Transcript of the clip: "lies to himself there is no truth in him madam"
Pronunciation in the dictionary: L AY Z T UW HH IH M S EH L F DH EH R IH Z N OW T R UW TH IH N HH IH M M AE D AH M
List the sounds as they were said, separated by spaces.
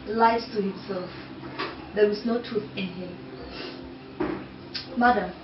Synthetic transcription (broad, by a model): L AY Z T UW HH IH M S EH L F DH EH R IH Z N OW T R UW TH IH N HH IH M M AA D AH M